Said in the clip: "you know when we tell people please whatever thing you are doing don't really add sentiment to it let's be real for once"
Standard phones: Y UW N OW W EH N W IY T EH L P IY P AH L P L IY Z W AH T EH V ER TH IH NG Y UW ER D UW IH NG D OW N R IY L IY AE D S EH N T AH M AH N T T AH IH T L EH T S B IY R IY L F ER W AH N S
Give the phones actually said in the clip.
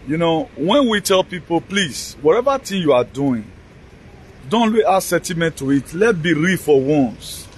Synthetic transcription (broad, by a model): Y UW N OW W EH N W IY T EH L P IY P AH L P L IY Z W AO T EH V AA T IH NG Y UW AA D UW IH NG D OW N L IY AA S EH N T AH M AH N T T AH IH T L EH T B IY R IY F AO W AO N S